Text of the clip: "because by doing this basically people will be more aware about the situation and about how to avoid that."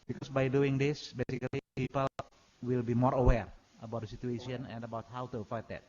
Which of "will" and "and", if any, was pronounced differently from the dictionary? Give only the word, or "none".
none